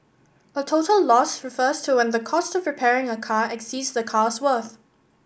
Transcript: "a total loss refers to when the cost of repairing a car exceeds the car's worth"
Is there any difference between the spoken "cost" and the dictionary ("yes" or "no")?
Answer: no